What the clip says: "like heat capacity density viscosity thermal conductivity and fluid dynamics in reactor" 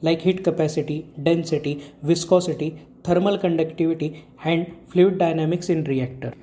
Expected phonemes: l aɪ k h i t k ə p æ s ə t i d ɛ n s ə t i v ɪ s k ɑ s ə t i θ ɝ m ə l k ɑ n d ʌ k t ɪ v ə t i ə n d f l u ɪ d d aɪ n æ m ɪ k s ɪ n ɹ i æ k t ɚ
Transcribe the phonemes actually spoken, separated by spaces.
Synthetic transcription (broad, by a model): l aɪ k h i t k ə p æ s ə t i d ɛ n s ə t i v ɪ s k ɑ s ə t i t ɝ m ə l k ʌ n d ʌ k t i v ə t i ə n d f l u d d aɪ n æ m ɪ k s ɪ n ɹ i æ k t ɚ